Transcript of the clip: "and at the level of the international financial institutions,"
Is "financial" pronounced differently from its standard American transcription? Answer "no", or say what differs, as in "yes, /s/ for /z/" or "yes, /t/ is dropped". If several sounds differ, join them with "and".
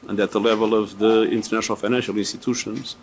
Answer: no